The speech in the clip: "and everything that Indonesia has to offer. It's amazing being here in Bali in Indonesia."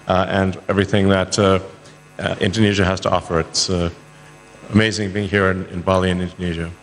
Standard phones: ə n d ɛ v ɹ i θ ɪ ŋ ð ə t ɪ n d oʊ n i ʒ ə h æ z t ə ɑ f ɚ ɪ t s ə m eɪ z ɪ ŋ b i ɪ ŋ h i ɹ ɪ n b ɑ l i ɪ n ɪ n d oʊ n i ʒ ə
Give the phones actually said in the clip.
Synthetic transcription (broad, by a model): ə n ɛ v ɹ i θ ɪ ŋ ð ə t ɪ n d oʊ n i ʒ ə h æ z t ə ɑ f ɚ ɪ t s ə m eɪ z ɪ ŋ b i ɪ ŋ h i ɹ ɪ n b ɑ l i ɪ n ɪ n d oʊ n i ʒ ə